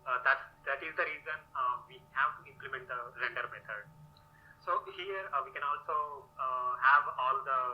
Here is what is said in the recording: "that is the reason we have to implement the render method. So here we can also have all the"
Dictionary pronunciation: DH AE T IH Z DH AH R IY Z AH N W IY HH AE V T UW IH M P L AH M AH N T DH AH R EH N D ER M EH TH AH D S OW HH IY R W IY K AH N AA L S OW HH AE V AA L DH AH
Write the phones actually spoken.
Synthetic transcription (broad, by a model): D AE T IH Z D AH R IY Z AH N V IY HH AE V T UW IH M P L AH M AH N T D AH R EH N D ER M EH T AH D S OW HH IY R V IY K AH N AA L S OW HH AE V AA L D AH